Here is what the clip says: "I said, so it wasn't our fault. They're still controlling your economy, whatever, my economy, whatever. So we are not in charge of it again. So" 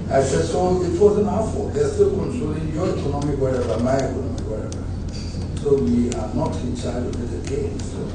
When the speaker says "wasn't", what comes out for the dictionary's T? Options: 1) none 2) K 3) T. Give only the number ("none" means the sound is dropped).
1